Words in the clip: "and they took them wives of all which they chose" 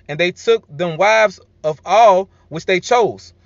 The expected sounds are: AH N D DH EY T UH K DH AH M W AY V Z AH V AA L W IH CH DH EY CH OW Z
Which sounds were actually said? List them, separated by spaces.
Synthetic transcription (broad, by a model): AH N DH EY T UH K DH AH M W AY V Z AH V AA L W IH CH DH EY CH OW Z